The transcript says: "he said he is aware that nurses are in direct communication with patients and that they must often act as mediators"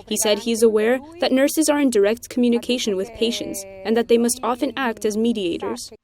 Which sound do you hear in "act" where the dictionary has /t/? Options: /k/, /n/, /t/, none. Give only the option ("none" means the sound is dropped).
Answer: /t/